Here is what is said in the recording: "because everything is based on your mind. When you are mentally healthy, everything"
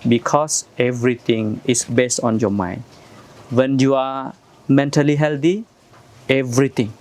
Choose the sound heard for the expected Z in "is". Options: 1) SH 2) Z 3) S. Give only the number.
3